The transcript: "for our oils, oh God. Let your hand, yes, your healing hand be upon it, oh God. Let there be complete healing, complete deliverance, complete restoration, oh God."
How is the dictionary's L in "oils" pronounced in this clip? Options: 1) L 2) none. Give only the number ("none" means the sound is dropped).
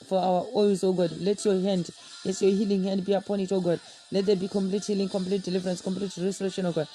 2